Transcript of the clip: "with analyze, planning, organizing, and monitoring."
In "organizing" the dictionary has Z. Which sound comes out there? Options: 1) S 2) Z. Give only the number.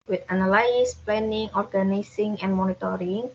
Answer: 1